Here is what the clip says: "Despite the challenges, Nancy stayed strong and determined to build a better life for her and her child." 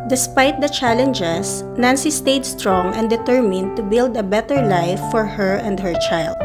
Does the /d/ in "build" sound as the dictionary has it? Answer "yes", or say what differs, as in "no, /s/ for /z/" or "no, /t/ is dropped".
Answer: yes